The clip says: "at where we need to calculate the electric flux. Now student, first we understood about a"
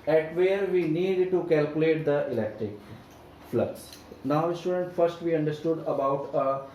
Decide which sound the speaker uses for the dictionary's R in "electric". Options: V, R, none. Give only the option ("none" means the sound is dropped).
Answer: R